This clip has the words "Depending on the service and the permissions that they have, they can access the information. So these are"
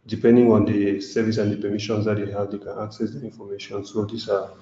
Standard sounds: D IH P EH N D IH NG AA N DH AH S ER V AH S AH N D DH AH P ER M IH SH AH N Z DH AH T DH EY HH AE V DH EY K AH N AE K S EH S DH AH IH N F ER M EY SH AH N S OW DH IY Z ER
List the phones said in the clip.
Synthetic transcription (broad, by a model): D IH P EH N D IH NG AA N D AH S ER V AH S AH N D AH P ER M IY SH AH N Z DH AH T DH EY HH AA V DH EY K AH N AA K S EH S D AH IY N F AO M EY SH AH N S OW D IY S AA